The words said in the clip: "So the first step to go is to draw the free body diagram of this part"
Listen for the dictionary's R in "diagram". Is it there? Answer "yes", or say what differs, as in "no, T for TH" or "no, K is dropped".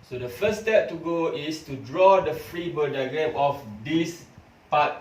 no, R is dropped